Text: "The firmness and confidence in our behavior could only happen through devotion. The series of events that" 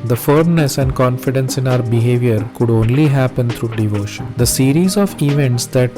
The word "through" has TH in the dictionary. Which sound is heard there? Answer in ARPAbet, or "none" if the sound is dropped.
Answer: T